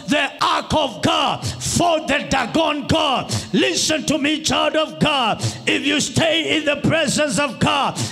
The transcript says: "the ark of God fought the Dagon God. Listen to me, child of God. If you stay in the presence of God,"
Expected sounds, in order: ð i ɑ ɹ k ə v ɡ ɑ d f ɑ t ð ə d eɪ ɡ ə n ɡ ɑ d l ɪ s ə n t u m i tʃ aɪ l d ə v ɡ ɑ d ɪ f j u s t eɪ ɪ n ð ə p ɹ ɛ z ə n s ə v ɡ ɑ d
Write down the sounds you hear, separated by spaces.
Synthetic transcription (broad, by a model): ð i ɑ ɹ k ə v ɡ ɑ d f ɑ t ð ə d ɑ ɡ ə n ɡ ɑ d l ɪ s ə n t u m i tʃ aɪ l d ə v ɡ ɑ d ɪ f j u s t eɪ ɪ n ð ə p ɹ ɛ z ə n s ə v ɡ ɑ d